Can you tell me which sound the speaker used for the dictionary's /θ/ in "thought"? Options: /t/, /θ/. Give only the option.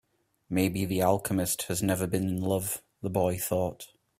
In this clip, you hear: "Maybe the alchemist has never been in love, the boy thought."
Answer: /θ/